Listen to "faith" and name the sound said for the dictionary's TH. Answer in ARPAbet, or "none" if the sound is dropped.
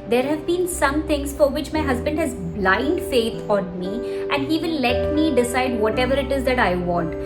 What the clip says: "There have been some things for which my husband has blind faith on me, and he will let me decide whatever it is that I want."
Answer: T